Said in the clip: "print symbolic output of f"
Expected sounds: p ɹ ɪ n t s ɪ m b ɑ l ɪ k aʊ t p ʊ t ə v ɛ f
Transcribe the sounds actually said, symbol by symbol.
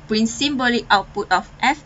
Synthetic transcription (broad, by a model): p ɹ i n s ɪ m b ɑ l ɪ aʊ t p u t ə f ɛ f